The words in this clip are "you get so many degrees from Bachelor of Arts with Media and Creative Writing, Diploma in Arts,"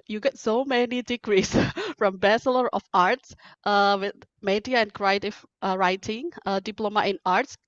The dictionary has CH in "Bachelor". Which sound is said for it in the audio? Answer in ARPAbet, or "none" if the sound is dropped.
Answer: S